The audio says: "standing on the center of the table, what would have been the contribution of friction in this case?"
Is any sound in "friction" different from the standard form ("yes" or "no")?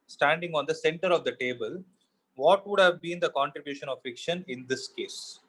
yes